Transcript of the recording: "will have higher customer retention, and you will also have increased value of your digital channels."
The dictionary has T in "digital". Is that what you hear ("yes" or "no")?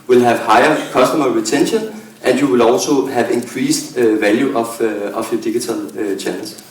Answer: no